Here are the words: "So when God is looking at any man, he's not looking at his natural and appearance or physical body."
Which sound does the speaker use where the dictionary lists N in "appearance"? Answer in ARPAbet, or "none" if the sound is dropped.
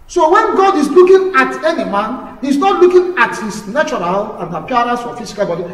none